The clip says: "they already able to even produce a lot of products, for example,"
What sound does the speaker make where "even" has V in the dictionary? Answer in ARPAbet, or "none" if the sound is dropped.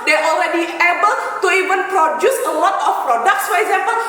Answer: V